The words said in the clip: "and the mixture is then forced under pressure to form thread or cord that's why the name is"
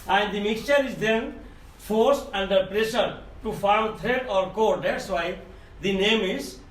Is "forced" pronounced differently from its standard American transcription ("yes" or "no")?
no